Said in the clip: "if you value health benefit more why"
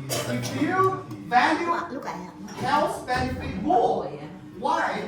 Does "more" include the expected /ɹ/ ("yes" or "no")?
no